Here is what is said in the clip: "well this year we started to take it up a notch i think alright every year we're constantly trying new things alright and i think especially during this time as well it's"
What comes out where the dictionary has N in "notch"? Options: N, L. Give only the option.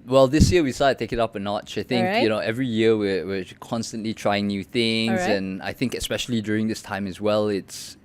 N